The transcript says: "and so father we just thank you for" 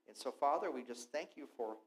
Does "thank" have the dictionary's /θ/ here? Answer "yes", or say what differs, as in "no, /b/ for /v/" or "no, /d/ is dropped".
yes